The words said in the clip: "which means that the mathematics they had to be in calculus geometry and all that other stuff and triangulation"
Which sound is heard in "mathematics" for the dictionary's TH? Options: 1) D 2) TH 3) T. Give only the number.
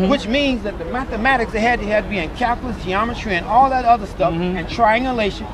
2